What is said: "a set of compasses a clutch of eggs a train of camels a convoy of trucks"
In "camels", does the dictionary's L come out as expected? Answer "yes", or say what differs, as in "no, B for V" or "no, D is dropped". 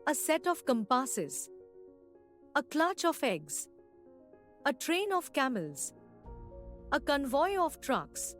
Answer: yes